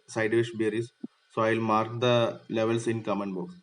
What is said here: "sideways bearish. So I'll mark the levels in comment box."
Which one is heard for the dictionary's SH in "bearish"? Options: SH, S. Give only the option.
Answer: S